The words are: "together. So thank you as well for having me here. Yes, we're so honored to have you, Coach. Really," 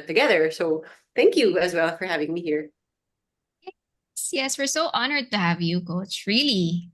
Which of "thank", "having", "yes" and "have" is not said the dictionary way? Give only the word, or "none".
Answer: none